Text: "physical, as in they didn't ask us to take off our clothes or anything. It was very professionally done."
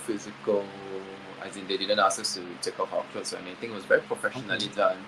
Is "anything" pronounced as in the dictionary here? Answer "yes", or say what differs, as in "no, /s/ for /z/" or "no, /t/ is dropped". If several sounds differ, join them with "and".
no, /t/ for /θ/